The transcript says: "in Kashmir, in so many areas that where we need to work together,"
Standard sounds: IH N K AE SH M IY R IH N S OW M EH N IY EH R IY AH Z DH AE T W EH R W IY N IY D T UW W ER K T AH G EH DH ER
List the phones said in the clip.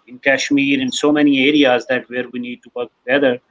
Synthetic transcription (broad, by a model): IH N K AE SH M IY R IH N S OW M EH N IY EH R IY AH Z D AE T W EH R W IY N IY D T UW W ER K T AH G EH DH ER